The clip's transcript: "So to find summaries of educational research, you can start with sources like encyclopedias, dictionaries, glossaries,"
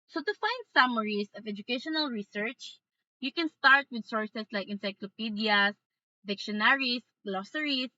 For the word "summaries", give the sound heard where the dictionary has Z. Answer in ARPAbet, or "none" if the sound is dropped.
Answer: S